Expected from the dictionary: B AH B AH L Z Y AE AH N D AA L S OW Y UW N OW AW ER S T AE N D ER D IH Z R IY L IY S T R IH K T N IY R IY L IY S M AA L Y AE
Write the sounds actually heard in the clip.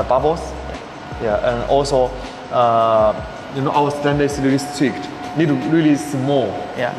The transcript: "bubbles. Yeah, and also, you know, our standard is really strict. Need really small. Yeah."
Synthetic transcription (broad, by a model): B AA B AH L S Y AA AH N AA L S OW Y UW N OW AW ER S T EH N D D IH S R IY L IY S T IH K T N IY R IY L IY S M AA L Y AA